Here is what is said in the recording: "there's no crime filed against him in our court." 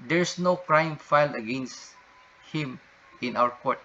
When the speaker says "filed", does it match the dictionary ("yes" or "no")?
no